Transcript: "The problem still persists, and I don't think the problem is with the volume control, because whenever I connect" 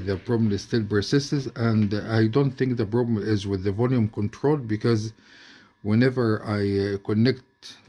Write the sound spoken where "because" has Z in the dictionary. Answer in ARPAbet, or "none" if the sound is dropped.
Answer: Z